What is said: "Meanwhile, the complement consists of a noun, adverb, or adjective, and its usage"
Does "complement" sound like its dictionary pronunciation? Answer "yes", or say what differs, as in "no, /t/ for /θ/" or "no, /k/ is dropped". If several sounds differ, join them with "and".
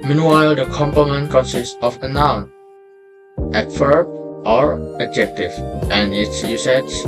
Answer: no, /l/ is dropped